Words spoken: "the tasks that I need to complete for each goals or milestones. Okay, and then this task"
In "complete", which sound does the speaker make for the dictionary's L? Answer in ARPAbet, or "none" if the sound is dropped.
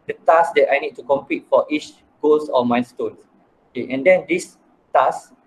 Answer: none